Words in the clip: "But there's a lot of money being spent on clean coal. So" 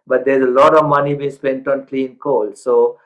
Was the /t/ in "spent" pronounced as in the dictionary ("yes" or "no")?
yes